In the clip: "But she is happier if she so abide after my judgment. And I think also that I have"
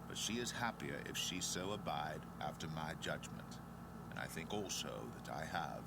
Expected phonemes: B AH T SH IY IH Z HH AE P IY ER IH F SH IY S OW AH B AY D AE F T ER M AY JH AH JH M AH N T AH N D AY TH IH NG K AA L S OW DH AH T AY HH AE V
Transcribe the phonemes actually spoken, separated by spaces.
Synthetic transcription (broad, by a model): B AH T SH IY IH Z HH AE P IY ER IH F SH IY S OW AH B AY D AE F T ER M AY JH AH JH M AH N T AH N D AY TH IH NG K AA L S OW DH AH T AY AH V